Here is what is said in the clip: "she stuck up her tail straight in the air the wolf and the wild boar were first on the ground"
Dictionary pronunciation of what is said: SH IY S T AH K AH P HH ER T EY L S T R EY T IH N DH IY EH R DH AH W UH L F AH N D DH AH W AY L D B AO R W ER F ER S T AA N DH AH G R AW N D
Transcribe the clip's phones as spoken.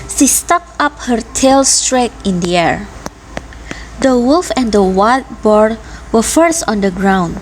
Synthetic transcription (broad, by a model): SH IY S T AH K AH P HH ER T EY L S T R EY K IH N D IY EH R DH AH W UH L F AH N D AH W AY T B AO R W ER F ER S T AA N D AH G R AW N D